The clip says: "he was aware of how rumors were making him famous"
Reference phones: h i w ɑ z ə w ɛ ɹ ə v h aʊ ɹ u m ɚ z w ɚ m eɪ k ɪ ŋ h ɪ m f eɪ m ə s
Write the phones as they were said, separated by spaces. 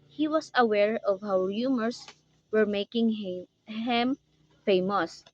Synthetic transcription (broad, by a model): h i w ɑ s ə w ɛ ɹ ə v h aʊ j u m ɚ s w ɚ m eɪ k ɪ ŋ h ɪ m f eɪ m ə s